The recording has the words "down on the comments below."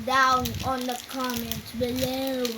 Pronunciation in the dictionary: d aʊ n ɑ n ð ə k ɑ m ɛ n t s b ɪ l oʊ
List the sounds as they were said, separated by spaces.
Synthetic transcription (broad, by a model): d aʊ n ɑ n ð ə k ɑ m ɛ n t b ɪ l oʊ